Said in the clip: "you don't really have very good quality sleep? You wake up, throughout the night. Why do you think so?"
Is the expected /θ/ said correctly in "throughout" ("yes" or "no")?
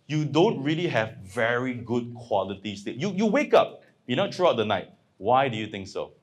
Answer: no